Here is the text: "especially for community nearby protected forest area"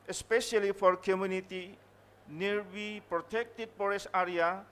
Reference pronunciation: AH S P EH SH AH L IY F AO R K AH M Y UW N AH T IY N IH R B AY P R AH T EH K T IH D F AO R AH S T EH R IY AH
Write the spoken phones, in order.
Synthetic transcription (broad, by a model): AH S P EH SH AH L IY F AO R K AH M Y UW N AH T IY N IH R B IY P R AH T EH K T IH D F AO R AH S AA R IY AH